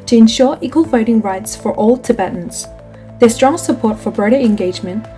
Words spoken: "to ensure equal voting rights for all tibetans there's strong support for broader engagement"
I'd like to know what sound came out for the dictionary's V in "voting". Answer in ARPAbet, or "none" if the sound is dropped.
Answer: F